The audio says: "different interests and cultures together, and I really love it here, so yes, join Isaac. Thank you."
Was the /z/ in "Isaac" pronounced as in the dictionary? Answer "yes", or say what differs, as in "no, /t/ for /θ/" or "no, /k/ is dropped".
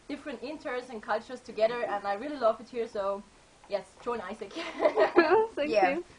no, /s/ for /z/